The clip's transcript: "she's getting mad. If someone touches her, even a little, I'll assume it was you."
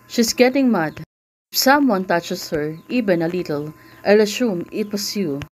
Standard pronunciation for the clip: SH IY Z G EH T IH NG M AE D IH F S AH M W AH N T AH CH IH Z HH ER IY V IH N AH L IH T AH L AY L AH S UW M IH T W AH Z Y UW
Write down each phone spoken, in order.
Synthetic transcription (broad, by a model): SH IY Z G EH T IH NG M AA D IH F S AH M W AH N T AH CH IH S HH ER IY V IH N AH L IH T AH L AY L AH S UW M IH T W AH S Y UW